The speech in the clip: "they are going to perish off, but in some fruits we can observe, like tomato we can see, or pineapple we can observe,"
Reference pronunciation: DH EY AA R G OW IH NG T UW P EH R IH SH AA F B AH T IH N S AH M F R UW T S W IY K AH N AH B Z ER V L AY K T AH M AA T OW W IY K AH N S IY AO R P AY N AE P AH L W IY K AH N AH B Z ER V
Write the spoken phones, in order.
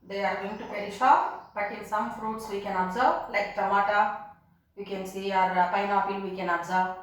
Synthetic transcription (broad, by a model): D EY AA R G OW IH NG T UW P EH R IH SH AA P B AH T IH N S AH M F R UW T S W IY K AH N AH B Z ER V L AY K T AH M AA T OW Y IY K AH N S IY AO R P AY N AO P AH L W IY K AH N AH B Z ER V